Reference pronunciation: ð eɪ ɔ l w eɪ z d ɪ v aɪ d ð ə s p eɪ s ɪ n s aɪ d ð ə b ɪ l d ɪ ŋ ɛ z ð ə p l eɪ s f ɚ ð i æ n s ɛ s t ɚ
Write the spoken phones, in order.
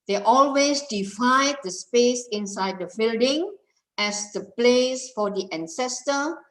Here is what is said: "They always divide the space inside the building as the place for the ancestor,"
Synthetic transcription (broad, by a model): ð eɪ ɔ l w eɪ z d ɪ f aɪ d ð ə s p eɪ s ɪ n s aɪ d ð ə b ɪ l d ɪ ŋ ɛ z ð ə p l eɪ s f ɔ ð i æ n s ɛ s t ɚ